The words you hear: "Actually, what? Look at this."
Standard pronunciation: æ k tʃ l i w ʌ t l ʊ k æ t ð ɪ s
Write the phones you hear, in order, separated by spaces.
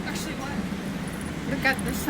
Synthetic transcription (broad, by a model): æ k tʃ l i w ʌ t w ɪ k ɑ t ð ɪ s